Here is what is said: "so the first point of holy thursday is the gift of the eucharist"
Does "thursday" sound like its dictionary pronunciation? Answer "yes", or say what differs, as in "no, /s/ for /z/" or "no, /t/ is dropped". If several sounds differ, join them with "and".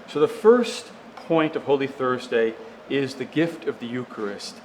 yes